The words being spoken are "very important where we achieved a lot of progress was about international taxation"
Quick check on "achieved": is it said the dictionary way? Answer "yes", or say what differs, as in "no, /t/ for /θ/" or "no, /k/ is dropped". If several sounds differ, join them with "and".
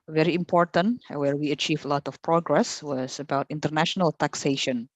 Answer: no, /d/ is dropped